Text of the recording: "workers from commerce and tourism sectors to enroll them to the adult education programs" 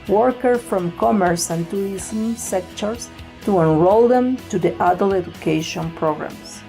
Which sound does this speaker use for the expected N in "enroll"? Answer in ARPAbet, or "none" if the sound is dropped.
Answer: N